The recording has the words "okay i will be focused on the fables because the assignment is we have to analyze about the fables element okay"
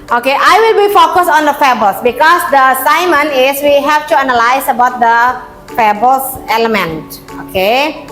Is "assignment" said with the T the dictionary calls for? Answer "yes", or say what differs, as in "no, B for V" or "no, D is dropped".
no, T is dropped